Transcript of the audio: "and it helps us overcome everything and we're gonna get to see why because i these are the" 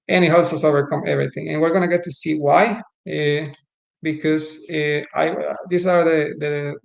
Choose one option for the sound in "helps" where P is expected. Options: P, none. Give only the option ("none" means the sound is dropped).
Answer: none